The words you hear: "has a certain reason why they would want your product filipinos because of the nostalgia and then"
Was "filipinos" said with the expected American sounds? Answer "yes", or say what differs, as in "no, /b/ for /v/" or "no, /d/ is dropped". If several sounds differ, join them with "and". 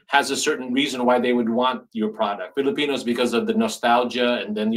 yes